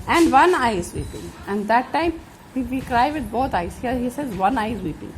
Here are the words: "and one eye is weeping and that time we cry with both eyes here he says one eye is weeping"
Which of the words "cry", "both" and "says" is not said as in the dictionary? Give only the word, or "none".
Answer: both